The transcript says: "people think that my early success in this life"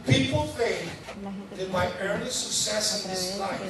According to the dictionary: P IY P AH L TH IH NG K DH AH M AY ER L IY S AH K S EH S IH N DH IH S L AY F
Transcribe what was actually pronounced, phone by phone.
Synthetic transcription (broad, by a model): P IY P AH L F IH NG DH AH M AY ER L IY S AH K S EH S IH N DH IH S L AY